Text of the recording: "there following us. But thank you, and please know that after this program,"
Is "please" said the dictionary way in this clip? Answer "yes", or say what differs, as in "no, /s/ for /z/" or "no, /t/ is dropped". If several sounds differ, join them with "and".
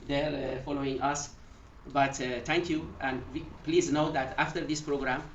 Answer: yes